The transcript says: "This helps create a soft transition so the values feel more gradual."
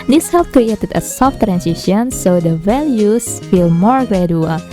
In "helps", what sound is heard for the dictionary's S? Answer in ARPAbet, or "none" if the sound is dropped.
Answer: none